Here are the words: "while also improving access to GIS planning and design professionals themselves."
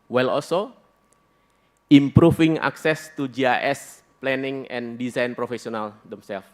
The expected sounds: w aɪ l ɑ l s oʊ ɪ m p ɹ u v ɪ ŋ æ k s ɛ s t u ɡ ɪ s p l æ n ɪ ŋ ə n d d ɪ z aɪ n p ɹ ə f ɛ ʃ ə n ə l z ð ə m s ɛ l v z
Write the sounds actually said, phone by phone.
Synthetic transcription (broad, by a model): w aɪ l ɑ l s oʊ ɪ m p ɹ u f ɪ ŋ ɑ k s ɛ s t u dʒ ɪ s p l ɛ n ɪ ŋ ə n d d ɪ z aɪ n p ɹ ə f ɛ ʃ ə n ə l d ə m s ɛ l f